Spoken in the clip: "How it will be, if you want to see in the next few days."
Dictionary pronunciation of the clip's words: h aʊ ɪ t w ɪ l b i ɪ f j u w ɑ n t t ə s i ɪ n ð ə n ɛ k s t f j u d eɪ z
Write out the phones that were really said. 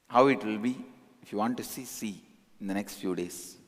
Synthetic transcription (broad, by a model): h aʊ ɪ t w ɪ l b i ɪ f j u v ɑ n t s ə s i ɪ n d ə n ɛ k s t f j u d eɪ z